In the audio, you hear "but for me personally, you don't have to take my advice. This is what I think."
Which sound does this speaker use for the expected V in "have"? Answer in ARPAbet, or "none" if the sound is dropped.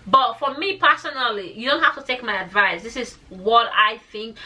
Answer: F